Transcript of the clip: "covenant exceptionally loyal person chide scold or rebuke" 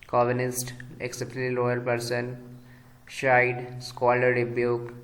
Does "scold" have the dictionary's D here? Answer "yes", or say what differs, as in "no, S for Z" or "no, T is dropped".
no, D is dropped